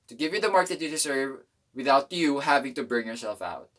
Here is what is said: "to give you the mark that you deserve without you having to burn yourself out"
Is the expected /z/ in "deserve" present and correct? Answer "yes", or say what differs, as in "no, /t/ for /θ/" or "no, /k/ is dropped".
no, /s/ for /z/